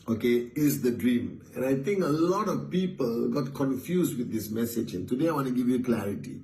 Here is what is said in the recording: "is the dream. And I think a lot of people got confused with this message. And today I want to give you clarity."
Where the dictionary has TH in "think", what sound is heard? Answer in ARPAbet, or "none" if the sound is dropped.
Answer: T